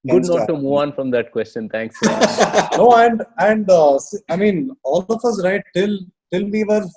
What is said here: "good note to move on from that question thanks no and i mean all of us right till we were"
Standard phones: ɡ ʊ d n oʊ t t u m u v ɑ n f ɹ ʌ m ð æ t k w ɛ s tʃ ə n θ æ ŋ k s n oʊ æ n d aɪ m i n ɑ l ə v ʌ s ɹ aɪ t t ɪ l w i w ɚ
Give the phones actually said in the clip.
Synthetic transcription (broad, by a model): ɡ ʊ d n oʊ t t u m u v ɑ n f ɹ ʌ m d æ t k w ɛ s tʃ ə n t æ ŋ k s n oʊ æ n d aɪ m i n ɑ l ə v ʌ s ɹ aɪ t t ɪ l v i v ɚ